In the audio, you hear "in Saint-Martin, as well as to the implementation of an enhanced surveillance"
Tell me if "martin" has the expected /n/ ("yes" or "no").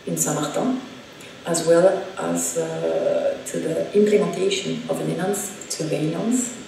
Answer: no